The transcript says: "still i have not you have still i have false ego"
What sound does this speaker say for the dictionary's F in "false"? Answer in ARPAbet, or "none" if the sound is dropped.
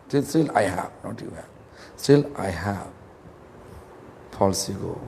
P